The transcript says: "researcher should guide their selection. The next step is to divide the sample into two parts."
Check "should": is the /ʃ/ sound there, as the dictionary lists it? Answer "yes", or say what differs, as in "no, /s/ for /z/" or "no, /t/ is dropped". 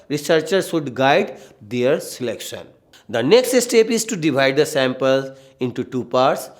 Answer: no, /s/ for /ʃ/